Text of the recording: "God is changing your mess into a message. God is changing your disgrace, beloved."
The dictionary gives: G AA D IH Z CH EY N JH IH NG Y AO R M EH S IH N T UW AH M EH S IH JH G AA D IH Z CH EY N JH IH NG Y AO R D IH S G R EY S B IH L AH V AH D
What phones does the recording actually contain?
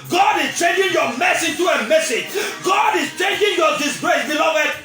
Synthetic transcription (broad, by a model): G AA D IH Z CH EY N JH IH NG Y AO M EH S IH T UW AH M EH S IH JH G AA D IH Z CH EY N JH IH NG Y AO D IH S G R EY S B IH L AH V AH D